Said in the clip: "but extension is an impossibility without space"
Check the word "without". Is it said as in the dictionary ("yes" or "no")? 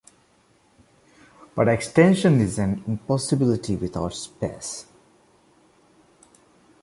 no